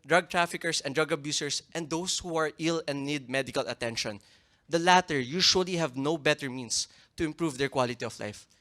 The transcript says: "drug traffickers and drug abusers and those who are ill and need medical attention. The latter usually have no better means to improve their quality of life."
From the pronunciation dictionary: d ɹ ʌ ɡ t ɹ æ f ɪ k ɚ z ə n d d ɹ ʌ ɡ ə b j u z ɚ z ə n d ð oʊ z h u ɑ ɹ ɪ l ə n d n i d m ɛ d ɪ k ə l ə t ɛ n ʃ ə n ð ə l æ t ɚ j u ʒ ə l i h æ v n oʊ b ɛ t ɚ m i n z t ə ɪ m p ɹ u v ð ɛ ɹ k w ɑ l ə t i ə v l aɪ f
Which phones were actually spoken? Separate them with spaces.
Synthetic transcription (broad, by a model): d ɹ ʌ ɡ t ɹ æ f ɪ k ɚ s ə n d d ɹ ʌ ɡ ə b j u s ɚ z ə n d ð oʊ s h u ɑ ɹ ɪ l ə n d n i d m ɛ d ɪ k ə l ə t ɛ n ʃ ə n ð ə l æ t ɚ j u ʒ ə l i h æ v n oʊ b ɛ t ɚ m i n s t ə ɪ m p ɹ u v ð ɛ ɹ k w ɑ l ə t i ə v l aɪ f